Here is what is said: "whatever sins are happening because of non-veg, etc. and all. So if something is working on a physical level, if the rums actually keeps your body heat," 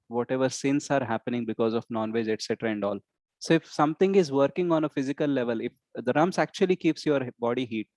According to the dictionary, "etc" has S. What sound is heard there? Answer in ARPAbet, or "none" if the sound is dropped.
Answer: S